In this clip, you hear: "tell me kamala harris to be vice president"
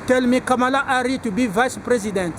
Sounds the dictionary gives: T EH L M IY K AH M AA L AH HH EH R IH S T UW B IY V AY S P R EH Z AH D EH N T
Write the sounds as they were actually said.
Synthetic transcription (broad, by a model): T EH L M IY K AH M AA L AH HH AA R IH T UW B IY V AY S P R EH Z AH D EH N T